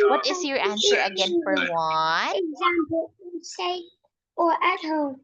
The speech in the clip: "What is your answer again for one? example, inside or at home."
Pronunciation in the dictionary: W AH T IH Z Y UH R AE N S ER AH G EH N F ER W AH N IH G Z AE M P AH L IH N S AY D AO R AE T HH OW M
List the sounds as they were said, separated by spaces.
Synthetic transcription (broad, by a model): W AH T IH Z Y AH R AE N S ER AH G EH N F ER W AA IH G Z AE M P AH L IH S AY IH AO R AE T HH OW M